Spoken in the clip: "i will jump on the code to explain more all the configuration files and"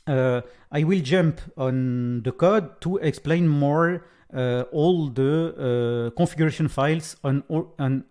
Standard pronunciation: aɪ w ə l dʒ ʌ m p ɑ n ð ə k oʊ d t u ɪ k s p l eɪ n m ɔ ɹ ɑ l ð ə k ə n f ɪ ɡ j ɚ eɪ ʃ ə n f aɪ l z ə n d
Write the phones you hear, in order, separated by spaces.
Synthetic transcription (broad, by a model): aɪ w ə l dʒ ʌ m p ɑ n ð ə k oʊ d t u ɪ k s p l eɪ n m ɔ ɹ ɑ l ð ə k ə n f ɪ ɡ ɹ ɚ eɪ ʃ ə n f aɪ l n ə n